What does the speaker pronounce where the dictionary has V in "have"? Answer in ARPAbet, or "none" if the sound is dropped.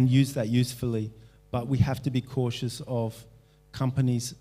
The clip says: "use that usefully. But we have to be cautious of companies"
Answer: F